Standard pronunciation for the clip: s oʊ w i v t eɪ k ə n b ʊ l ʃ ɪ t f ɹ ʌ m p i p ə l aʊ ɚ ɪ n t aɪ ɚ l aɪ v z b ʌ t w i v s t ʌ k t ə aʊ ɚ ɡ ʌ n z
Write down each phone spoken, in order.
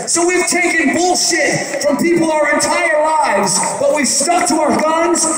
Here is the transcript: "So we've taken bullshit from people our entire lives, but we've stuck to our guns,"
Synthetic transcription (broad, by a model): s oʊ w i v t eɪ k ə n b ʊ l ʃ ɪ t f ɹ ʌ m p i p l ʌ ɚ ɪ n t aɪ ɚ l aɪ v z b ʌ t w i v s t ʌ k t ə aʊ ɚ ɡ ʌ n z